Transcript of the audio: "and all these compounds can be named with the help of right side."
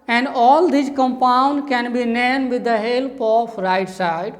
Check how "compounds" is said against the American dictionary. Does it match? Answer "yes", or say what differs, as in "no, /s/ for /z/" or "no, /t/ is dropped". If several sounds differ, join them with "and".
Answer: no, /z/ is dropped